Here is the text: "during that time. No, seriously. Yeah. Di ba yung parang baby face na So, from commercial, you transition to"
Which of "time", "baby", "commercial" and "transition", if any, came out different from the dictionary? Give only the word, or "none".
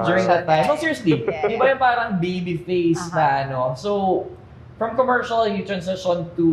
transition